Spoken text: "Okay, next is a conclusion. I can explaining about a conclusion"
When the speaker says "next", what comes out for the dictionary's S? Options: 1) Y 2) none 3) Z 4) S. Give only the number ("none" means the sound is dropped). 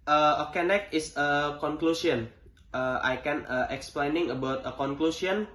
2